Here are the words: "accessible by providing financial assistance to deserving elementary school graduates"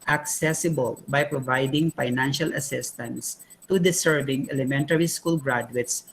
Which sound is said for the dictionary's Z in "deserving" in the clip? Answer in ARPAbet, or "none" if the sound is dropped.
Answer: S